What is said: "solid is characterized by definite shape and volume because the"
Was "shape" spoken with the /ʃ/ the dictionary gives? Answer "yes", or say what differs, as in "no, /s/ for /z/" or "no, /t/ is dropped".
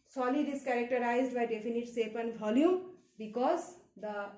no, /s/ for /ʃ/